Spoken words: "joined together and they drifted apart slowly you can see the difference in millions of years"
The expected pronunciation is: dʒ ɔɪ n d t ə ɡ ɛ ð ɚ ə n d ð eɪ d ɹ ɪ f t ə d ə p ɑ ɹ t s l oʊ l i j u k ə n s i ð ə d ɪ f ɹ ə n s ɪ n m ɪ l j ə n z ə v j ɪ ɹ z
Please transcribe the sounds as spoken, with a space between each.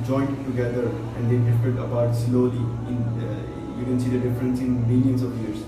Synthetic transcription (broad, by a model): dʒ ɔɪ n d t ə ɡ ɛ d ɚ ə n d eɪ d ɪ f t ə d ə b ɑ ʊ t s l oʊ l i j u k ə n s i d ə d ɪ f ɹ ə n s ɪ n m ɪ l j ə n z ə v j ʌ ɹ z